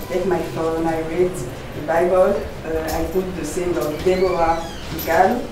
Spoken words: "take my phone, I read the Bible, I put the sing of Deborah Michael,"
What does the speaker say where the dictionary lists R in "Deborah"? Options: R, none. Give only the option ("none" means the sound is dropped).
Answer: none